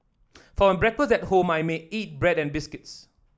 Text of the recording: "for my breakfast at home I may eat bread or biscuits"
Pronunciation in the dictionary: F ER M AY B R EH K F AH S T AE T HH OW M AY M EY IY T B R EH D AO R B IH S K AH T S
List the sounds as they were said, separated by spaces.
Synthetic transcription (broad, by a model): F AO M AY B R EH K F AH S EH T HH OW M AY M EY IY T B R EH D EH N B IH S K AH T S